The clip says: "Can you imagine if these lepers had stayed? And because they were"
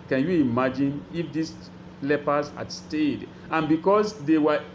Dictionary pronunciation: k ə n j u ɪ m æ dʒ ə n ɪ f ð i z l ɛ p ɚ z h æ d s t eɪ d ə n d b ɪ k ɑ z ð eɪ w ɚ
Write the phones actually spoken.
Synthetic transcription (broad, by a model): k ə n j u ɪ m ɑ dʒ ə n ɪ f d i s l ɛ p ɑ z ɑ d s t eɪ d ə n b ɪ k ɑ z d eɪ w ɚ